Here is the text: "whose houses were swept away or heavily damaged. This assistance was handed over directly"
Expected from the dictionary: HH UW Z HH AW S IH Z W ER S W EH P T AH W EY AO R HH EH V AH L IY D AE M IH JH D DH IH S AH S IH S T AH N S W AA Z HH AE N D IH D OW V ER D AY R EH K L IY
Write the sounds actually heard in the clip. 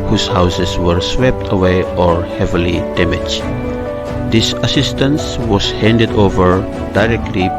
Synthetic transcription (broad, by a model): HH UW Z HH AW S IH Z W ER S W EH P T AH W EY AO R HH EH V AH L IY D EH M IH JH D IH S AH S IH S T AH N S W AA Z HH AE N D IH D OW V ER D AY R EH K L IY